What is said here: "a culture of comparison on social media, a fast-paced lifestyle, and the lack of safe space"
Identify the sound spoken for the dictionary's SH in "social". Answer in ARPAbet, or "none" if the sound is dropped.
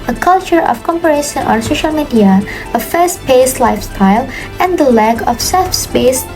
SH